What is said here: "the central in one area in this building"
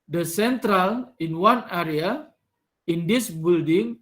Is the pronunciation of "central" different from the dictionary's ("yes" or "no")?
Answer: no